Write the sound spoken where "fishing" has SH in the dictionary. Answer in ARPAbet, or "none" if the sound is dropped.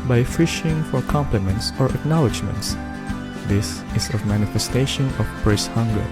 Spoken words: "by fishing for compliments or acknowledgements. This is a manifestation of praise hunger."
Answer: SH